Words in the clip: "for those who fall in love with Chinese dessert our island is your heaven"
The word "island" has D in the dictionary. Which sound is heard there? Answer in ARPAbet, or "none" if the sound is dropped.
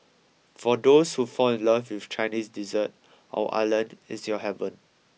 none